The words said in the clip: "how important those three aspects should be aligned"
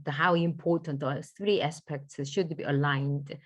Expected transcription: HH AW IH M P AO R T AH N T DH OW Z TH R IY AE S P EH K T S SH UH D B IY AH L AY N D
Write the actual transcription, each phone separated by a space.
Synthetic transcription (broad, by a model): HH AW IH M P AO T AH N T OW TH R IY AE S P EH K T S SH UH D B IY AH L AY N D